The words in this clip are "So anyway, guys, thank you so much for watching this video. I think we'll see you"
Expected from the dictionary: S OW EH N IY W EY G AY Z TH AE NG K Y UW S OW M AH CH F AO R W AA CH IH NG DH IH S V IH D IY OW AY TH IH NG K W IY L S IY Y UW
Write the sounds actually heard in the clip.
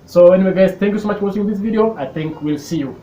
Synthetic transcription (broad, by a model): S OW EH N IY W EY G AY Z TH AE NG K Y UW S OW M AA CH F AO R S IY IH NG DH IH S V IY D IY OW AY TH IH NG K W IY L S IY Y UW